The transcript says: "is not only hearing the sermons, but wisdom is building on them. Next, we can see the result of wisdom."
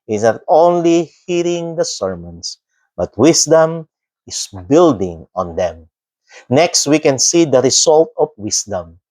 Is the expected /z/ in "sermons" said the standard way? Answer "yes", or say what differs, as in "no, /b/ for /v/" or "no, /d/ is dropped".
no, /s/ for /z/